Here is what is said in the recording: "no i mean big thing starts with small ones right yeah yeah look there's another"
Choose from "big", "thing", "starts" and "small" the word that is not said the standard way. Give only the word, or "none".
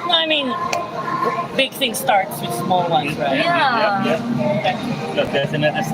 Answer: none